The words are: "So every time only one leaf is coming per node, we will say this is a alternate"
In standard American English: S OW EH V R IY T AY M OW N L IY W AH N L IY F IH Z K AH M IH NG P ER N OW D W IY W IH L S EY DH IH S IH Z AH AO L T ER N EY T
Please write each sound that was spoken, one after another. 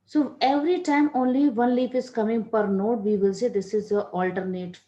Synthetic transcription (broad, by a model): S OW EH V R IY T AY M OW N L IY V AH N L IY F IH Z K AH M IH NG P ER N OW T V IY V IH L S EY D IH S IH Z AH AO L T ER N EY T